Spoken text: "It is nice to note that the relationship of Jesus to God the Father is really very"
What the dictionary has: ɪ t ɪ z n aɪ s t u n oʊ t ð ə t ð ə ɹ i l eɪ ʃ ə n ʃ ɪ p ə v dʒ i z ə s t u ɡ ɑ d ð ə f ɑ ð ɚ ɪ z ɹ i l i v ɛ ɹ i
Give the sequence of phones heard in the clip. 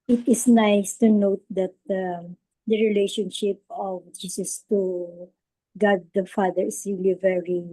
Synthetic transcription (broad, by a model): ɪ t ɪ s n aɪ s t u n oʊ t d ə t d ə ɹ i l eɪ ʃ ə n ʃ ɪ p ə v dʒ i s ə s t u ɡ ɑ d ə f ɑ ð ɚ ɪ s ɹ i l i v ɛ ɹ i